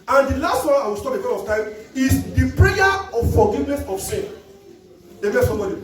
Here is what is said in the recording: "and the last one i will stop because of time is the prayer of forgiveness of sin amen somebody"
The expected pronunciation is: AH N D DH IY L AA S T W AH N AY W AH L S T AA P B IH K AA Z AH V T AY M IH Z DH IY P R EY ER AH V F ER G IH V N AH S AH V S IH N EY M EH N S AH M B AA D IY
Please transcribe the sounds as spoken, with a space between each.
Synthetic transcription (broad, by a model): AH N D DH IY L AA S T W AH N AY W AH L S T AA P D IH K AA AH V T AY M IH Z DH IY P R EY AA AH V F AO G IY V N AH S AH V S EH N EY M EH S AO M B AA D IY